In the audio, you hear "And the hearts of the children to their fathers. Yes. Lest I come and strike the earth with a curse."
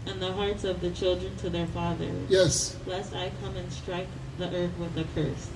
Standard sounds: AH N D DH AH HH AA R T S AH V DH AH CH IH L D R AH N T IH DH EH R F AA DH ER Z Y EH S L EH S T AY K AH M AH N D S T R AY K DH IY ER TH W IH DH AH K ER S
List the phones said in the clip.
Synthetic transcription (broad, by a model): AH N DH AH HH AA R T S AH V DH AH CH IH L D R AH N T IH DH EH R F AA DH ER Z Y EH S L EH S T AY K AH M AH N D S T R AY K DH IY ER TH W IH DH AH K ER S